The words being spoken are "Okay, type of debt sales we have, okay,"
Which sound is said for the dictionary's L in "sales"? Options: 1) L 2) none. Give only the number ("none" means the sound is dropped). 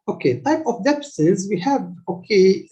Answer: 2